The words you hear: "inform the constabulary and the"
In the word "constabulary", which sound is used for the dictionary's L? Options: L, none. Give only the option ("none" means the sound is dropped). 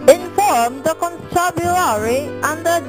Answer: none